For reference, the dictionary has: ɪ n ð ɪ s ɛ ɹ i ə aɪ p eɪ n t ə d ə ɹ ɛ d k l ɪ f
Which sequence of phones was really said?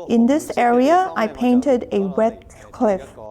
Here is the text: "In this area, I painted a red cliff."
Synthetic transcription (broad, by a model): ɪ n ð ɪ s ɛ ɹ i ə aɪ p eɪ n t ə d ə w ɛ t k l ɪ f